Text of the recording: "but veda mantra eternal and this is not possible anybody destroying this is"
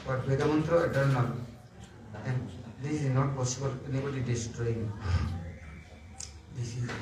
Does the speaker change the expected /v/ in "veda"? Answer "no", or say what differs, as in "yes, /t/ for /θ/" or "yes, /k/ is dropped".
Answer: yes, /b/ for /v/